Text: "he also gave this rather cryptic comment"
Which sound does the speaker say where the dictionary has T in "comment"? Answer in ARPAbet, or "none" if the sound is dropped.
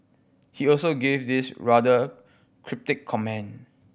none